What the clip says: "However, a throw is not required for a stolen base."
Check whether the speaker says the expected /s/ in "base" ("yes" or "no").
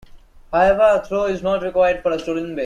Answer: no